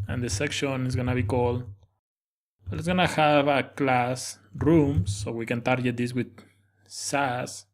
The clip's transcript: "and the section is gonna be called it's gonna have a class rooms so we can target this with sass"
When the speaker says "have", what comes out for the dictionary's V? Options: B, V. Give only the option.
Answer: B